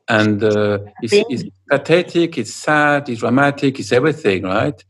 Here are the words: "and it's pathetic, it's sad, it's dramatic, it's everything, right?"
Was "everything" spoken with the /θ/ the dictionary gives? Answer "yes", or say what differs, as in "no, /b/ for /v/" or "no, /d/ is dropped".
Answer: yes